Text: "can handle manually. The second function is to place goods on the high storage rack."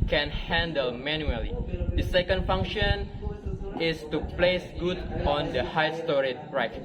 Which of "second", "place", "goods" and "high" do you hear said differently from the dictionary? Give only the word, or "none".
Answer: goods